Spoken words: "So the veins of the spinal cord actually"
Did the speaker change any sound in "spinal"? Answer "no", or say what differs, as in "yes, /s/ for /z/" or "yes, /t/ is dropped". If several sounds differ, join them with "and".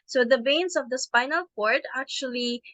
no